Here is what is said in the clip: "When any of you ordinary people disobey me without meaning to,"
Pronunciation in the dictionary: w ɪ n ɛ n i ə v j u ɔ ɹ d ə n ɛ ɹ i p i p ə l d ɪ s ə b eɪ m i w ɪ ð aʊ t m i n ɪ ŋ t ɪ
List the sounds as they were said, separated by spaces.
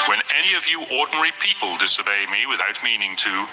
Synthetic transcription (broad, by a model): w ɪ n ɛ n i ə v j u ɔ ɹ d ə n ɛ ɹ i p i p ə l d ɪ s ə b eɪ m i w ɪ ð aʊ t m i n ɪ ŋ t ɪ